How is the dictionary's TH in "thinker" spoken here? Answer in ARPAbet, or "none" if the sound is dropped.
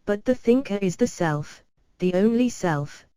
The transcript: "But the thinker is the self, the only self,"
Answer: TH